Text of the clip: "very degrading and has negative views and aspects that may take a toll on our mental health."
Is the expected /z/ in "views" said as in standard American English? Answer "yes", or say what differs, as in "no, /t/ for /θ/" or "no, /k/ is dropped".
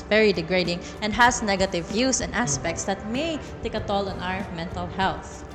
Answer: no, /s/ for /z/